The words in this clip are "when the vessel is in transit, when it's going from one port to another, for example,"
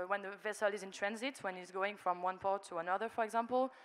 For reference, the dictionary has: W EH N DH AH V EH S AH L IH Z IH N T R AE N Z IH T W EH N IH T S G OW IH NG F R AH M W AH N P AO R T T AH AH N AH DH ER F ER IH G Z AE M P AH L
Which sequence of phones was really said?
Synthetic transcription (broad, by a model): W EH N DH AH V EH S AH L IH Z IH N T R AE N Z IH T W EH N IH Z G OW IH NG F R AH M W AH N P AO R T T AH AH N AH DH ER F ER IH G Z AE M P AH L